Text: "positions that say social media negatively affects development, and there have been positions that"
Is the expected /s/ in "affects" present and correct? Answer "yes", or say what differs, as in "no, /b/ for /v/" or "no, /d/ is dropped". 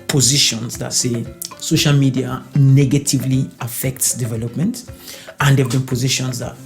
yes